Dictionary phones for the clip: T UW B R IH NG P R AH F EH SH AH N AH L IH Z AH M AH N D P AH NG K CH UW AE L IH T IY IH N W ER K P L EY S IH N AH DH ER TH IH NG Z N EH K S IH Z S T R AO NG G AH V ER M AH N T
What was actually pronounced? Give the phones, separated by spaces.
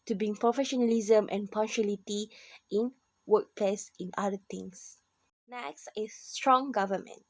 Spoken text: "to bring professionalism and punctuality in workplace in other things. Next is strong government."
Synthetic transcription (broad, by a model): T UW B IH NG P R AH F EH SH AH N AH L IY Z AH M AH N P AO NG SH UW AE L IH T IY IH N W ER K P L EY S IH N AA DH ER T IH NG S N EH K S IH S T R AO NG G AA V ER M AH N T